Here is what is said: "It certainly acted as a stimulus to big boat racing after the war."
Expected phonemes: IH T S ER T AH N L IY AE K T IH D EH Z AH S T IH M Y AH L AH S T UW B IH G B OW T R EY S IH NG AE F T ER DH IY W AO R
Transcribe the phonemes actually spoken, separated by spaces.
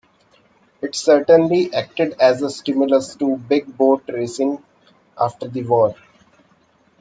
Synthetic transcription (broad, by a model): IH T S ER T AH N L IY AE K T IH D EH Z AH S T IH M Y AH L AH S T UW B IH G B OW T R EY S IH NG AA F T ER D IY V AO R